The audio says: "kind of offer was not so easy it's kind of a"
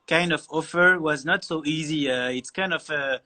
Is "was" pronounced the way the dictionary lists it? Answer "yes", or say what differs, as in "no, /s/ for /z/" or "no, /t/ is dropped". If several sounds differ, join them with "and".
yes